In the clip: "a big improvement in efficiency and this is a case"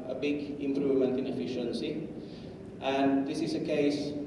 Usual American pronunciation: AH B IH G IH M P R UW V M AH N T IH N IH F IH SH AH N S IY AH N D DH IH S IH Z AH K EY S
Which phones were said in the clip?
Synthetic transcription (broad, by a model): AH B IH G IH M P R UW V M AH N T IH N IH F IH SH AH N S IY AH N D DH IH S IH S AH K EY S